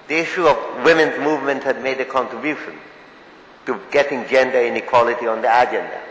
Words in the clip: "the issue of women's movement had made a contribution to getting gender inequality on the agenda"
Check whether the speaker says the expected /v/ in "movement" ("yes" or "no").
yes